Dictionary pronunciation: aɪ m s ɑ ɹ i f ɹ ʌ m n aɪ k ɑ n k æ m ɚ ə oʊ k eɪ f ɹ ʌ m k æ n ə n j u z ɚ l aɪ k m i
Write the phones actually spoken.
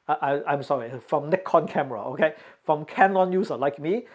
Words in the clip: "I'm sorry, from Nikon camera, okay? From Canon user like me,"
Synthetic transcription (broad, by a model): aɪ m s ɑ ɹ i f ɹ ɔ m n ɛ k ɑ n k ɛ m ɚ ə oʊ k eɪ f ɹ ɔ m k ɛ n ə n j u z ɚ l aɪ k m i